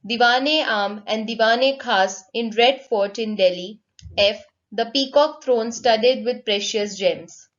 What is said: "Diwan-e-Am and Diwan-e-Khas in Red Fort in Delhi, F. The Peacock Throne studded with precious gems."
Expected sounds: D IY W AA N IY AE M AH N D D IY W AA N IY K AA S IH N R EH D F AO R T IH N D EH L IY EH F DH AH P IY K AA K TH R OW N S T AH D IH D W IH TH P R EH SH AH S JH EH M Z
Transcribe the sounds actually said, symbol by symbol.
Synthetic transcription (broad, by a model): D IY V AA N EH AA M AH N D D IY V AA N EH K AA S IH N R EH D F AO R T IH N D EH L IY EH F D AH P IY K AA K T R OW N S T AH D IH D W IH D P R EH SH AH S JH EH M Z